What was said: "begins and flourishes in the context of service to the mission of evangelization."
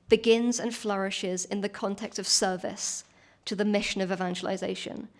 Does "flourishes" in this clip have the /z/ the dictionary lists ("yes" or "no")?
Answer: yes